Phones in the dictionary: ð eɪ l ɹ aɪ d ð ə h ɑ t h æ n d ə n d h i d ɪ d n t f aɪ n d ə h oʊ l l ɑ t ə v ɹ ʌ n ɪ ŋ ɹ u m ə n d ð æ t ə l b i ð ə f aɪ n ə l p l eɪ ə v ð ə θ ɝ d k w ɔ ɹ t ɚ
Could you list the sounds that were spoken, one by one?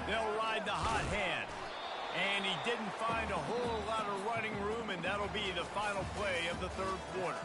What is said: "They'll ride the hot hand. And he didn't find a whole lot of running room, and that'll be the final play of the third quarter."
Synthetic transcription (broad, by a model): ð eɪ l ɹ aɪ d ð ə h ɑ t h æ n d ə n i d ɪ d n t f aɪ n d ə h oʊ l l ɑ t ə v ɹ ʌ n ɪ ŋ ɹ u m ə n ð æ t l b i ð ə f aɪ n l p l eɪ ə v ð ə θ ɝ d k w ɔ ɹ t ɚ